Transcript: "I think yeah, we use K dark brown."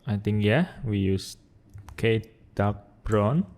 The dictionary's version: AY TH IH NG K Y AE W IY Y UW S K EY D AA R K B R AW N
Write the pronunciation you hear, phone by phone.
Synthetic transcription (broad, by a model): AY T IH NG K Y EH W IY Y UW S K EY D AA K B R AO N